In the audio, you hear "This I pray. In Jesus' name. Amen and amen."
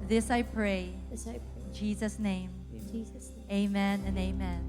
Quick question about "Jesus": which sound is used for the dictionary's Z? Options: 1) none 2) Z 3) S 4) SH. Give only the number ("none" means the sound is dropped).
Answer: 2